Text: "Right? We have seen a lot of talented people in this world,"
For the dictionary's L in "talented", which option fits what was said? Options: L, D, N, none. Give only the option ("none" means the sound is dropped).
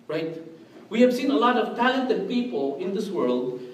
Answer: L